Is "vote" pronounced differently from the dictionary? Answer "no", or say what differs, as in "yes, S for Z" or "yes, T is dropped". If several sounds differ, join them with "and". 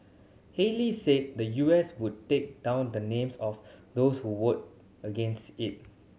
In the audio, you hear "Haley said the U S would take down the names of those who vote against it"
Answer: yes, W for V